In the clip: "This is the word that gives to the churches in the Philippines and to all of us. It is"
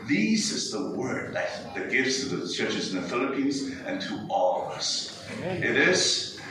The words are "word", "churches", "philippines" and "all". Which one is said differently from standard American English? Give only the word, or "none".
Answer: none